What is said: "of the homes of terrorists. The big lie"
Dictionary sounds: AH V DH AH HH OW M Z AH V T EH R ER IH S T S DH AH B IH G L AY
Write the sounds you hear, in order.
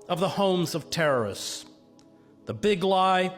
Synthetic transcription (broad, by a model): AH V DH AH HH OW M Z AH V T EH R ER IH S S DH AH B IH G L AY